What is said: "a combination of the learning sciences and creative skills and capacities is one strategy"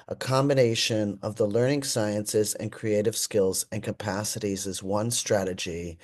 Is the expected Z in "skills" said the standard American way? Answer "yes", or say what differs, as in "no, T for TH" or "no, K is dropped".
yes